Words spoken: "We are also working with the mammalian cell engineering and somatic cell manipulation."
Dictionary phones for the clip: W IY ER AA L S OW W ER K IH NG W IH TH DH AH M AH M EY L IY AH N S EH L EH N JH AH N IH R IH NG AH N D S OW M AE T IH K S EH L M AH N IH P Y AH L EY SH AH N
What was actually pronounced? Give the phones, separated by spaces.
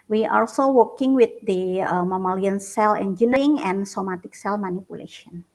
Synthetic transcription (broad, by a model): W IY AA L S OW W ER K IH NG W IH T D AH M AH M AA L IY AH N S EH L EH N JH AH N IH IH NG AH N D S OW M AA T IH K S EH L M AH N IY P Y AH L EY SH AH N